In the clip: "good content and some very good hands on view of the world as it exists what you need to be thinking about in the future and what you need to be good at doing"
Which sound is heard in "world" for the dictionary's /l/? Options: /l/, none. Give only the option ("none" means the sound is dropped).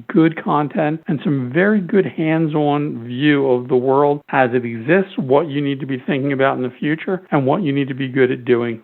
/l/